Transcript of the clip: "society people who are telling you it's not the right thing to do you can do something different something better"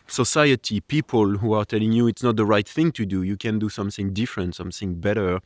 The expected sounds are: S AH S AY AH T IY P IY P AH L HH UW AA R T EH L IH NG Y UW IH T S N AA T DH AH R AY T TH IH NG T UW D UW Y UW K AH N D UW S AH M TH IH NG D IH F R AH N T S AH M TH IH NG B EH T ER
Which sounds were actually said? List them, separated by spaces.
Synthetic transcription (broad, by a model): S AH S AY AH T IY P IY P AH L HH UW AA R T EH L IH NG Y UW IH T S N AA T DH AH R AY T TH IH NG T UW D UW Y UW K AH N D UW S AH M TH IH NG D IH F R AH N T S AH M TH IH NG B EH T ER